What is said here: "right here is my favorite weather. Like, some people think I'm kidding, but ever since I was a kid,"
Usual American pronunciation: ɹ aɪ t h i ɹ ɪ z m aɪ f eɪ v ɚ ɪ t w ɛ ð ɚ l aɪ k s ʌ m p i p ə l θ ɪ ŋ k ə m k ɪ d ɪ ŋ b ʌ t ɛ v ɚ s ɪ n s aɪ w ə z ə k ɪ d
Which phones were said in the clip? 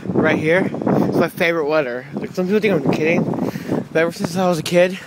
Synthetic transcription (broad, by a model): ɹ aɪ t h i ɹ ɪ s m aɪ f eɪ v ɚ ɪ t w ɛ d ɚ l aɪ k s ʌ m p i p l t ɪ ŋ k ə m k ɪ d ɪ ŋ b ʌ t ɛ v ɚ s ɪ n s aɪ w ə z ə k ɪ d